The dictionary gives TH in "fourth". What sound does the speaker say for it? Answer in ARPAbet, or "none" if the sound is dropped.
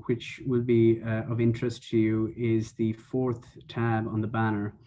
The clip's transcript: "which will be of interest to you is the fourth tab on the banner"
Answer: TH